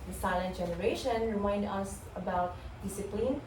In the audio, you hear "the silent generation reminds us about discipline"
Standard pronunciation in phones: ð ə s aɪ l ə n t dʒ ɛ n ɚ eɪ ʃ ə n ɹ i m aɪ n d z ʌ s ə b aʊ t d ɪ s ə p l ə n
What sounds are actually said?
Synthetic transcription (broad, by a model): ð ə s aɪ l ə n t dʒ ɛ n ɚ eɪ ʃ ə n ɹ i m aɪ n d ʌ s ə b aʊ t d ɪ s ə p l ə n